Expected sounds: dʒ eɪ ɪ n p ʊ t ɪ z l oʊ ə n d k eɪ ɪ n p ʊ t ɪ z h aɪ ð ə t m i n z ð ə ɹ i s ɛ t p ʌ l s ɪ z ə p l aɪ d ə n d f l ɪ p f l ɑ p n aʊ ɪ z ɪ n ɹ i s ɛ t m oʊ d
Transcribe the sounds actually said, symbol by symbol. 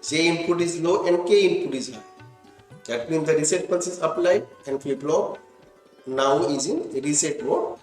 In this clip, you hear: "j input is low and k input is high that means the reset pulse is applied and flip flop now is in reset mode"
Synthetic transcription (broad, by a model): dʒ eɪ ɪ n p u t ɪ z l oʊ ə n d k eɪ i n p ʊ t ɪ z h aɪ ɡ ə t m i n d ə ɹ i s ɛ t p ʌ n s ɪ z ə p l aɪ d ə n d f ɛ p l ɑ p n aʊ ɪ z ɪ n ɹ i s ɛ t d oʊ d